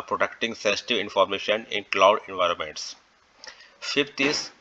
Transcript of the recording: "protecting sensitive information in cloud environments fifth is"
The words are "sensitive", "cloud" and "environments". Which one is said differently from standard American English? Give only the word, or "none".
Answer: none